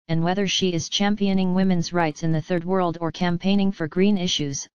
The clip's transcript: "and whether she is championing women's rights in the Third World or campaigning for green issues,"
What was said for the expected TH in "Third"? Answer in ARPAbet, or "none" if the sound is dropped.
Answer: TH